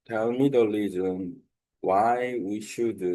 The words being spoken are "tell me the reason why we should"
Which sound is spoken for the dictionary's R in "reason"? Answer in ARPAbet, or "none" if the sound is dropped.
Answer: L